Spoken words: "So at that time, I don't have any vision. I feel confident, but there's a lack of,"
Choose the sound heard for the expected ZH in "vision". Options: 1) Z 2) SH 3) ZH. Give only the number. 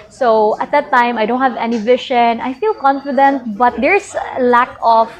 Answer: 2